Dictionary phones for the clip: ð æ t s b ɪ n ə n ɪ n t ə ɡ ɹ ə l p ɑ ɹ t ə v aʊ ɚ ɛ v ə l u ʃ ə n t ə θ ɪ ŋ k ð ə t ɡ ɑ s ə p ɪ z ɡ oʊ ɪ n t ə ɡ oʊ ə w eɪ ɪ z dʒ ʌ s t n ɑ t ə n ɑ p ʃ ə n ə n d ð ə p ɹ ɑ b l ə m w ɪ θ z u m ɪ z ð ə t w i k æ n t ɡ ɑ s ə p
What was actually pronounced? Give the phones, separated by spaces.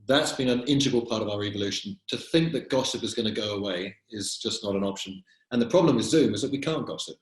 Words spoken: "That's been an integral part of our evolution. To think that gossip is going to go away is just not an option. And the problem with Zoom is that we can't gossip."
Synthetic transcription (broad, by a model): ð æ t s b ɪ n ə n ɪ n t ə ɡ ə l p ɑ ɹ t ə v aʊ ɚ ɛ v ə l u ʃ ə n t ə θ ɪ ŋ k ð ə t ɡ ɑ s ə p ɪ z ɡ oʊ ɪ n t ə ɡ oʊ ə w eɪ ɪ z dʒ ʌ s n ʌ t ə n ɑ p ʃ ə n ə n ð ə p ɹ ɑ b l ə m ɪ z z u m ɪ z ð ə t w i k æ n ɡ ɑ s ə p